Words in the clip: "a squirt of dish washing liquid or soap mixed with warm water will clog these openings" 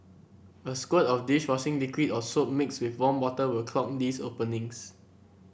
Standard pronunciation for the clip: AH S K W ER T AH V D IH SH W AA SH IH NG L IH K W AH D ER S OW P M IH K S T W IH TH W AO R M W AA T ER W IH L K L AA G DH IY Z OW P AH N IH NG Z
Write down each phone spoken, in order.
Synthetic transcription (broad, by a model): AH S K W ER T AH F D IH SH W AA S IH NG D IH K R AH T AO S OW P M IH K S W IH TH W AO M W AA T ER W IH L K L AA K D IY S OW P AH N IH NG S